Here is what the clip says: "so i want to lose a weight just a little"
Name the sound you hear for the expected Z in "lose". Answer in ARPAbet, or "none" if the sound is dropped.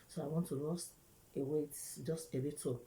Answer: S